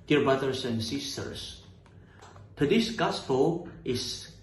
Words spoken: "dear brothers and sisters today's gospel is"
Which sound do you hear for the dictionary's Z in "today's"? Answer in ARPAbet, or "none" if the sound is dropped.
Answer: S